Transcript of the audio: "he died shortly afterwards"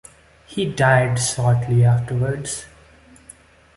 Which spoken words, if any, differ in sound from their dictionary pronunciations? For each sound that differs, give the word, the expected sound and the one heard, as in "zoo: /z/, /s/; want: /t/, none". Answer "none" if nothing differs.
shortly: /ʃ/, /s/